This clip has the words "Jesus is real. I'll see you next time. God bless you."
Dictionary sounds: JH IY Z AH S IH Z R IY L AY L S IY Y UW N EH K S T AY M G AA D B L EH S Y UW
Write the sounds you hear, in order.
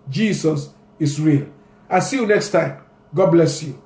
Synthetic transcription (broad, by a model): JH IY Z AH S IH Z R IY L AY S IY Y UW N EH K S T AY M G AA D B L EH S Y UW